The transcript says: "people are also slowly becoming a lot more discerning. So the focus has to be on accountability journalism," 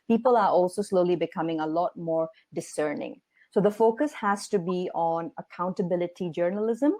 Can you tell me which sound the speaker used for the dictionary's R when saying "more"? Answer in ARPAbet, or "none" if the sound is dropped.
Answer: R